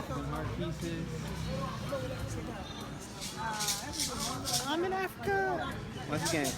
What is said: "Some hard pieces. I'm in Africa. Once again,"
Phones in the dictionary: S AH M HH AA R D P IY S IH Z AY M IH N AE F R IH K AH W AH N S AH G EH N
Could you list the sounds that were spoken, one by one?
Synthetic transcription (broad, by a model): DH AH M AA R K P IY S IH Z AY M IH N AE F R IH K AH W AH S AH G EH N